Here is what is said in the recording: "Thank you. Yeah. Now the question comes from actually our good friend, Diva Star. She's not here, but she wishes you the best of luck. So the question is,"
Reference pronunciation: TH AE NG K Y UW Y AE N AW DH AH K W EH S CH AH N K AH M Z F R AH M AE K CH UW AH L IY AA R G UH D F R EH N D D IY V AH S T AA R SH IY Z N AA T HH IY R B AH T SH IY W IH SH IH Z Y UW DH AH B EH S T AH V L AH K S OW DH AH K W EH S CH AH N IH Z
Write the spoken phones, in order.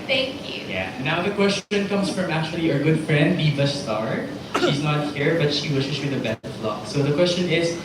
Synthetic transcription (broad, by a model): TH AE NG K Y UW Y AE N AW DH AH K W EH S CH AH N K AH M S F R AH M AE K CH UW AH L IY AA R G UH D F R EH N D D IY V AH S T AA R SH IY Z N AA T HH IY R B AH T SH IY W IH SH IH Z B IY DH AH B EH S T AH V L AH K S OW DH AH K W EH S CH AH N IH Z